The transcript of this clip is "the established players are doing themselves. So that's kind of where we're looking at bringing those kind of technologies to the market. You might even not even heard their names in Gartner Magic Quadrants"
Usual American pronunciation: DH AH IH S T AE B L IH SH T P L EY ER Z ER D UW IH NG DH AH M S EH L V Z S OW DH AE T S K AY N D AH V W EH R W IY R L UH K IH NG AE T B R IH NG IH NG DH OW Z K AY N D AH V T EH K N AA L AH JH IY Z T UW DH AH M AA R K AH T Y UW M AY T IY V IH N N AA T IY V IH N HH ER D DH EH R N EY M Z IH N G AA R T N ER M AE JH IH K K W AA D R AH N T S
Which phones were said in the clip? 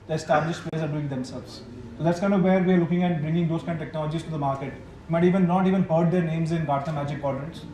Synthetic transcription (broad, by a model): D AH IH S T AE B L IH SH T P EY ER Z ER D UW IH NG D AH M S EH L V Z S OW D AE T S K AY N D AH V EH R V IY R L UH K IH NG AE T B R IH NG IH NG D OW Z K AY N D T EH K N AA L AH JH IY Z T UW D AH M AA R K AH T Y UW M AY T IY V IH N N AA T IY V IH N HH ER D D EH R N EY M Z IH N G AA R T ER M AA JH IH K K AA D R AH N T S